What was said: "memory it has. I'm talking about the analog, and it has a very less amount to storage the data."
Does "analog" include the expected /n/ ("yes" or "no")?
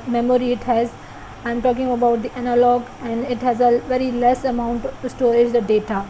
yes